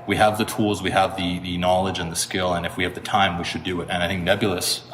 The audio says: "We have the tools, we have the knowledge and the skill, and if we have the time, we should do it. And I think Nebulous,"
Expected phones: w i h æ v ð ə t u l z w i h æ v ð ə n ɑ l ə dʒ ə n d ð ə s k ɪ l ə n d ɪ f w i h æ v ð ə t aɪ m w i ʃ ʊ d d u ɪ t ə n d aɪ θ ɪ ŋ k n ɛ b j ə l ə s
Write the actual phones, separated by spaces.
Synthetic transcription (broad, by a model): w i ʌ v ð ə t u l z w i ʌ v ð ə n ɑ l ə dʒ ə n ð ə s k ɪ l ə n ɪ f w i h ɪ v ð ə t aɪ m w i ʃ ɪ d d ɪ ɪ t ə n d aɪ θ ɪ ŋ k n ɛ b j l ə s